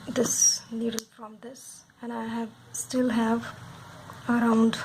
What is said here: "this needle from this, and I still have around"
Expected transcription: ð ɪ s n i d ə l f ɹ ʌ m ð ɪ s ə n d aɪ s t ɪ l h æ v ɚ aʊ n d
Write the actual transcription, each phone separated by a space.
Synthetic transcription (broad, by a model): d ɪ s l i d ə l f ɹ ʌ m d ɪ s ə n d aɪ s t ɪ l h æ v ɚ aʊ n d